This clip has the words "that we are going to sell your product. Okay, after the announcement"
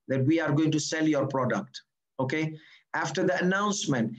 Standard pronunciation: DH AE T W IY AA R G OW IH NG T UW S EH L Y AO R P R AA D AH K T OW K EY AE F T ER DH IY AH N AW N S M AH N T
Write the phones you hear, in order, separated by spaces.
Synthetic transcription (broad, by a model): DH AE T W IY AA R G OW IH NG T UW S EH L Y AO R P R AA D AH K T OW K EY AE F T ER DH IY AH N AW N S M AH N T